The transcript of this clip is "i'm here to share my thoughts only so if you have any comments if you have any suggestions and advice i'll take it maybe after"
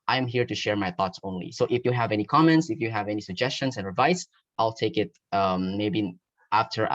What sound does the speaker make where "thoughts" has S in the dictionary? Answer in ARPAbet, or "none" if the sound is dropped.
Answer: S